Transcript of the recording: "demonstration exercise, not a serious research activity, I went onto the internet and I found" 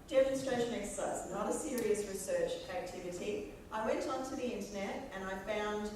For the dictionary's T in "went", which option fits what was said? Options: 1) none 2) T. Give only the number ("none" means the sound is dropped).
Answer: 2